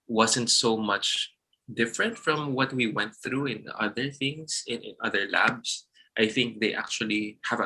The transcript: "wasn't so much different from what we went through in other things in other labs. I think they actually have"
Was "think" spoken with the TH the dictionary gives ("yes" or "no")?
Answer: yes